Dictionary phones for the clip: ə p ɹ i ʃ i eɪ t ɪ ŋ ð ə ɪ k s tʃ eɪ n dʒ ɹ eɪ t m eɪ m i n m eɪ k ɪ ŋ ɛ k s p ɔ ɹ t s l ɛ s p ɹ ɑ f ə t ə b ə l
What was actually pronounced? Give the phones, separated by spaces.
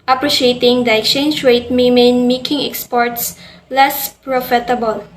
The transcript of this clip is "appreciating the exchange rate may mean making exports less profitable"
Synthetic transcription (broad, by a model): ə p ɹ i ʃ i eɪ t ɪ ŋ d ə ɪ k s tʃ eɪ n dʒ ɹ eɪ t m eɪ m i n m eɪ k ɪ ŋ ɛ k s p ɔ ɹ t s l ɛ s p ɹ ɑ f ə t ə b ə l